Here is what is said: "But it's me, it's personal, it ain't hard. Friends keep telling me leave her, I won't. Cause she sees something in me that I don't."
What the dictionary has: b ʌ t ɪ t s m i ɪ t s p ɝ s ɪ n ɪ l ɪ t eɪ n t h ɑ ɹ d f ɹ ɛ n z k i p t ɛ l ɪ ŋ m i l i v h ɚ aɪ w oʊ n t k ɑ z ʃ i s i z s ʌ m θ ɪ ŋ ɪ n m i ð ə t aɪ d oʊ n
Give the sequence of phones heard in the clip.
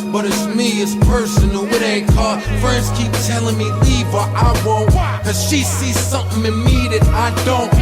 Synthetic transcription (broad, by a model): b ʌ t ɪ t s m i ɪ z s p ɝ s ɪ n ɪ w ɪ t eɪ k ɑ f ɹ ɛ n s k i p t ɛ l ɪ ŋ m i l i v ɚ aɪ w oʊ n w k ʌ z ʃ i s i z s ʌ m θ ɪ ŋ ɪ n m i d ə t aɪ d oʊ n